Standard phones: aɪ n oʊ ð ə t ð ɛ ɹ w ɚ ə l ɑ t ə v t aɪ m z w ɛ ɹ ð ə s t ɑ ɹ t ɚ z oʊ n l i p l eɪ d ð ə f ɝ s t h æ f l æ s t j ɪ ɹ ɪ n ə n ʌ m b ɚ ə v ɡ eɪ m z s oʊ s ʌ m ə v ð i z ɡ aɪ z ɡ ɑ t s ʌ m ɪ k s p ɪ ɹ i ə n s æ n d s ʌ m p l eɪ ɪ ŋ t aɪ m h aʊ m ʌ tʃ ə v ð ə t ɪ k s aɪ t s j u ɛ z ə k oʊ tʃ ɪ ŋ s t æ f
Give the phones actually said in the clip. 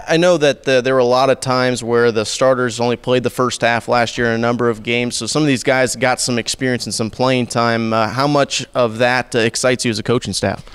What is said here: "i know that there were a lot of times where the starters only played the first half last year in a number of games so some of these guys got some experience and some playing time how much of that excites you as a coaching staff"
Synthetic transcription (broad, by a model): aɪ n oʊ ð ə t ð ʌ ɹ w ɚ ə l ɑ t ə v t aɪ m z w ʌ ɹ ð ə s t ɑ ɹ t ɚ z oʊ n l i p l eɪ d ð ə f ɝ s t h æ f l æ s t j ɪ ɹ ɪ n ə n ʌ m b ɚ ə v ɡ eɪ m z s oʊ s ʌ m ə v ð i z ɡ aɪ z ɡ ɑ t s ʌ m ɪ k s p ɪ ɹ i ə n s n s ʌ m p l eɪ ɪ ŋ t aɪ m h aʊ m ʌ tʃ ə v ð ə t ɪ k s aɪ t s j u z ə k oʊ tʃ ɪ ŋ s t æ f